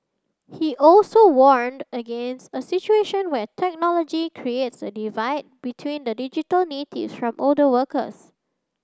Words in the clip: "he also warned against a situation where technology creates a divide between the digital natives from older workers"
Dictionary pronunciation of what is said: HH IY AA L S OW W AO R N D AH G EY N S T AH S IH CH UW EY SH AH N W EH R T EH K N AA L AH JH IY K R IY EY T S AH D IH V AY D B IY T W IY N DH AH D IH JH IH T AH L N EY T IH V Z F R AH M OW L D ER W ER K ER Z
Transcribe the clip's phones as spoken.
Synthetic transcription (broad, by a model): HH IY AA L S OW W AO R N D AH G EY N S T AH S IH CH UW EY SH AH N W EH T EH K N AA L AH JH IY K R IY EY T S AH D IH V AY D B IY T W IY N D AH D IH JH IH T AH L N EY T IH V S F R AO M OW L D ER W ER K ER S